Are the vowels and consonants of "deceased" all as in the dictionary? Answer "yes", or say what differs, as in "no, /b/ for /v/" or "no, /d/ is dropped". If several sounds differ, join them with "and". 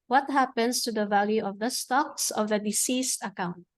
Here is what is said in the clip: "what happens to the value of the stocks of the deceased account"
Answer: yes